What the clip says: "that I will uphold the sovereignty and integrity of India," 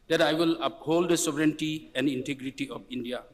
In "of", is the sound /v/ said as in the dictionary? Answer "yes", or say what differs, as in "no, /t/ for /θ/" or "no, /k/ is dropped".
no, /p/ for /v/